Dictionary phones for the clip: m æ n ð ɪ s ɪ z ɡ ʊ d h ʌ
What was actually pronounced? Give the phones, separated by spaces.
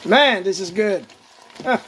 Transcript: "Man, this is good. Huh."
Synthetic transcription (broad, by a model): m æ n ð ɪ s ɪ z ɡ ʊ d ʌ